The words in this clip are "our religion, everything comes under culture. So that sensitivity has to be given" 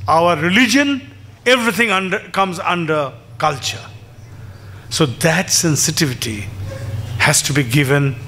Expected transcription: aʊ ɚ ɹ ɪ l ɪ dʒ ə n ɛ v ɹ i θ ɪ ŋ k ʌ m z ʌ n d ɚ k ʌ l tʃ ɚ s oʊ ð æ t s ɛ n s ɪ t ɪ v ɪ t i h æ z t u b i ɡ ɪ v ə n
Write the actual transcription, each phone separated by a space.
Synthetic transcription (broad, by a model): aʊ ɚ ɹ ɪ l ɪ dʒ ə n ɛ v ɹ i t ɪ ŋ k ʌ m z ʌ n d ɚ k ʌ l tʃ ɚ s oʊ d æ t s ɛ n s ɪ t ɪ v ɪ t i h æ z t u b i ɡ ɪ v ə n